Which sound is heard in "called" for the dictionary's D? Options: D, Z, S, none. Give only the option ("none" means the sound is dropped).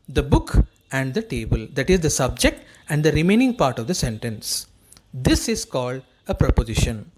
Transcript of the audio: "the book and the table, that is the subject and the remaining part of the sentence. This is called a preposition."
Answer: D